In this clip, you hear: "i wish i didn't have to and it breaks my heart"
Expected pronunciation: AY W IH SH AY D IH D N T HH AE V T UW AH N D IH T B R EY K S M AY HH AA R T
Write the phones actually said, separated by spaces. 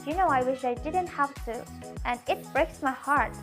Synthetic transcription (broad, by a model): AY W IH SH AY D IH D N T HH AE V T UW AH N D IH T B R EY K S M AY HH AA R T